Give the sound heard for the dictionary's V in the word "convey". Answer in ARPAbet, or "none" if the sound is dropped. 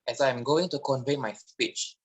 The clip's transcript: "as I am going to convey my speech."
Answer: V